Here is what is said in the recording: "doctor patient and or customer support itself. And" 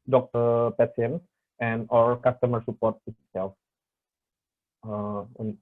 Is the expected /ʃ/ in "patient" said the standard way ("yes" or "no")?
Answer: no